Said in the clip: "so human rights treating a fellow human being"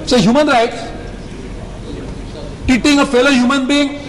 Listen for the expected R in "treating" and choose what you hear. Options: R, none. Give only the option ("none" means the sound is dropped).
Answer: none